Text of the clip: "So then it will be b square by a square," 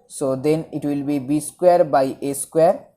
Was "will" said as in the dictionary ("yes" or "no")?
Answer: yes